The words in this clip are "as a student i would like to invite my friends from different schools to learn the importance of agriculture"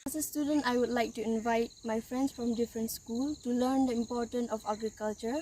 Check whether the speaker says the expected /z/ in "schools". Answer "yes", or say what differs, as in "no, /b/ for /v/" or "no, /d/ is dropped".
no, /z/ is dropped